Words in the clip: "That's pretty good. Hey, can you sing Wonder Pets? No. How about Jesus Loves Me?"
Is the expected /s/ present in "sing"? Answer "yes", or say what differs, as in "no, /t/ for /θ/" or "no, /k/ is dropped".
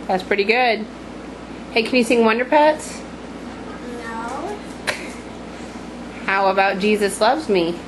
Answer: yes